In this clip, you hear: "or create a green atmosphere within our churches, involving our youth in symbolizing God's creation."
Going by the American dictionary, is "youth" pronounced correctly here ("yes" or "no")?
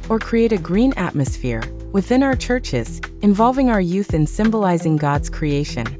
yes